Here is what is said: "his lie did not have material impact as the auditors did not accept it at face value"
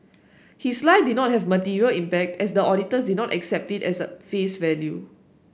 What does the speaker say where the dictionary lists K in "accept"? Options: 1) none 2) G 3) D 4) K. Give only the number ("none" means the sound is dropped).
4